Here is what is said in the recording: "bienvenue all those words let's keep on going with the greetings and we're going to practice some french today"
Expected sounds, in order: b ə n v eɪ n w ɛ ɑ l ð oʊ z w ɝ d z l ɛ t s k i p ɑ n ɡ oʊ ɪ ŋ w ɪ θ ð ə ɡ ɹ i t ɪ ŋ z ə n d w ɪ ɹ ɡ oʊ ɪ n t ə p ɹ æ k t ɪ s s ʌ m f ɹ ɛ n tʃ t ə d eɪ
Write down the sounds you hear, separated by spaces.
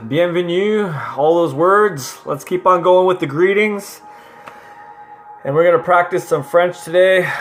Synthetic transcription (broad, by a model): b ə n v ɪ n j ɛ ɑ l ð oʊ z w ɝ d z l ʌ t s k i p n ɡ oʊ ɪ ŋ w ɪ ð ə ɡ ɹ i t ɪ ŋ z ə n w ɪ ɹ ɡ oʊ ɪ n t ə p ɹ æ k t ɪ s s ʌ m f ɹ ɛ n tʃ t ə d eɪ